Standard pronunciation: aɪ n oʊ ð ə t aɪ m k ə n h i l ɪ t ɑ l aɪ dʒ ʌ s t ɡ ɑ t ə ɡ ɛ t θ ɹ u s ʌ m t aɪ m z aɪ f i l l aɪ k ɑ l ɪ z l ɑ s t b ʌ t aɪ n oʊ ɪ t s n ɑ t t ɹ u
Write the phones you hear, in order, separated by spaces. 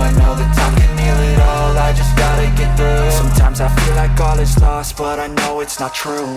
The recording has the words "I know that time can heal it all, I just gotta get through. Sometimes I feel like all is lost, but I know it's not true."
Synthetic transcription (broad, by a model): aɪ n oʊ ð ə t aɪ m k ə n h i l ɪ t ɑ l aɪ dʒ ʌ s ɡ ɑ t ə ɡ ɛ t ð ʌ s ʌ m t aɪ m z aɪ f i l l aɪ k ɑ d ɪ s l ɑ s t b ʌ t aɪ n oʊ ɪ t s n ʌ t t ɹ u